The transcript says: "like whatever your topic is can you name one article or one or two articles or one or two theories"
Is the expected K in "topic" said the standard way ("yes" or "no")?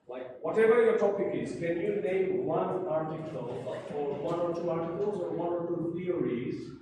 yes